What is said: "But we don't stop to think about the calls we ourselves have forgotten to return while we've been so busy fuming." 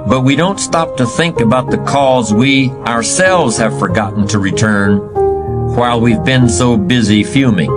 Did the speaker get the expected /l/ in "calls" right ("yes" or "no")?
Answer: no